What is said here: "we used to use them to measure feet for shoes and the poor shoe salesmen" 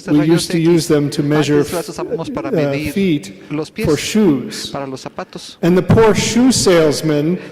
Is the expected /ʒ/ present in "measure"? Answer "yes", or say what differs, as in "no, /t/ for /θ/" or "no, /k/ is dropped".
yes